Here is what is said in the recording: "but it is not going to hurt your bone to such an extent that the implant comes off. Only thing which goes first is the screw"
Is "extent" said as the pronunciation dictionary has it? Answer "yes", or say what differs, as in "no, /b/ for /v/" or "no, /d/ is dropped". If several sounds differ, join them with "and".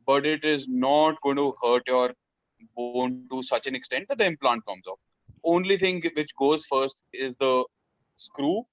yes